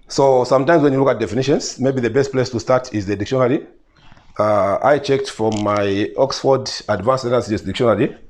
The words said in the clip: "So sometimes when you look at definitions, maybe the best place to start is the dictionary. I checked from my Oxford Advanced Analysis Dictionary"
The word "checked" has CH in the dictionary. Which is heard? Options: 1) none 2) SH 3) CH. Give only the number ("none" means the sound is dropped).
3